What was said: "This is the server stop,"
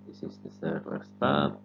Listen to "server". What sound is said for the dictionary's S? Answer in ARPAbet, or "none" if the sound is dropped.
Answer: TH